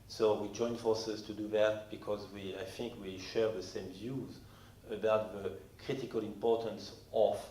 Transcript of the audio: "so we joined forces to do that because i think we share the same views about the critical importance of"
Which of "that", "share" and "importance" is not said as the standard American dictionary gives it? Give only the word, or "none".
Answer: none